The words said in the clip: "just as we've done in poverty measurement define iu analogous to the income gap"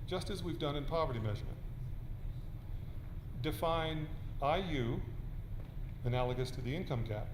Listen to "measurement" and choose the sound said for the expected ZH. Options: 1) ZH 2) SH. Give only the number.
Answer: 1